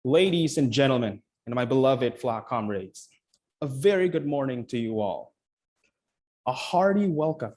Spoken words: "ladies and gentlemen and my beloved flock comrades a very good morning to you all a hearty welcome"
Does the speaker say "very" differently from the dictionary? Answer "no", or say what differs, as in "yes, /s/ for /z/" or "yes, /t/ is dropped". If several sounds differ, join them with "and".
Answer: no